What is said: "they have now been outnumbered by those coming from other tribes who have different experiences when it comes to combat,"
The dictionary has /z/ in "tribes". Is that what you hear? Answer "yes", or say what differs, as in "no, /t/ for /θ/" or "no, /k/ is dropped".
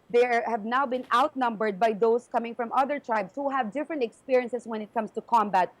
no, /s/ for /z/